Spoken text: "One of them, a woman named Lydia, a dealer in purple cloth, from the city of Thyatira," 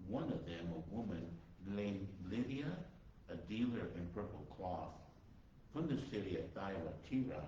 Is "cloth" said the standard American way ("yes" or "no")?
yes